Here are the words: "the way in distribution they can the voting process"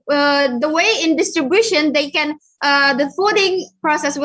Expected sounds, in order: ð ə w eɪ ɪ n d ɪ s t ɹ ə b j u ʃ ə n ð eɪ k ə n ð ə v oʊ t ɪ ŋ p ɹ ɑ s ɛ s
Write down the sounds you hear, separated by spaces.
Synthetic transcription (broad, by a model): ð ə w eɪ ɪ n d ɪ s t ɹ ə b j u ʃ ə n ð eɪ k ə n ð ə f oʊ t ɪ ŋ p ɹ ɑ s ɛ s